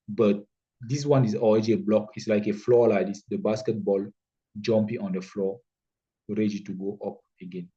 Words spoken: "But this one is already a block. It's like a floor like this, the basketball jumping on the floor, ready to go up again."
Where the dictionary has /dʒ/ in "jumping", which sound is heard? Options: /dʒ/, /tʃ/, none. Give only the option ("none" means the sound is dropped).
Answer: /dʒ/